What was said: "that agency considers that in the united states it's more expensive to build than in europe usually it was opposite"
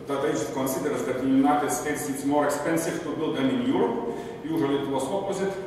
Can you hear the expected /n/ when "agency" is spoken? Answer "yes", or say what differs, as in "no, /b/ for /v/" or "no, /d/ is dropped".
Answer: no, /n/ is dropped